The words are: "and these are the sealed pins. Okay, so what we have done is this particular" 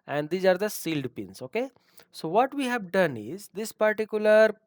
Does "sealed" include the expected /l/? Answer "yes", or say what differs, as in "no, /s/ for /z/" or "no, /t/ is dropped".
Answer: yes